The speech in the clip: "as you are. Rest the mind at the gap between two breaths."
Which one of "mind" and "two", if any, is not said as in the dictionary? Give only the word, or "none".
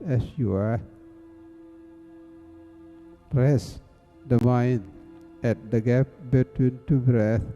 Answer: mind